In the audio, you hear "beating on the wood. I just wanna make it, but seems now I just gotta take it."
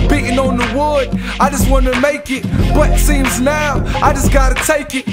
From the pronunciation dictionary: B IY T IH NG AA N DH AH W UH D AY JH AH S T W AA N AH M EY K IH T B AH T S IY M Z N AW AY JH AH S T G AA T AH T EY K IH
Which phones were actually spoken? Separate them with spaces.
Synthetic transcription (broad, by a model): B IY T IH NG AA N DH AH W UH D AY JH AH S T W AA N AH M EY K IH T B AH T S IY M Z N AW AY JH AH S G AA T AH T EY K IH